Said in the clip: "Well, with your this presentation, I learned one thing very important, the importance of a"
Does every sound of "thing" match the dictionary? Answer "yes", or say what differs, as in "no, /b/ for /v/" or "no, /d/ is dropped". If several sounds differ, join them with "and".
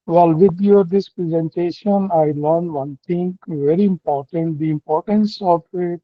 no, /t/ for /θ/